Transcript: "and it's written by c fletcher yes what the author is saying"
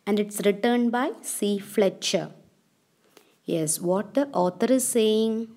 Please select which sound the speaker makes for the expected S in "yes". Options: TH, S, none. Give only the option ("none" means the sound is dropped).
S